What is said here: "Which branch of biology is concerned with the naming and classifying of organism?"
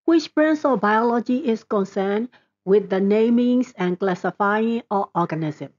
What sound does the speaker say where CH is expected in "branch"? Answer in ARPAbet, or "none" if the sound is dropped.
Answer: S